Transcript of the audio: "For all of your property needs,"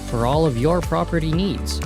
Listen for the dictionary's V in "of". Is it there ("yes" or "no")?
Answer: yes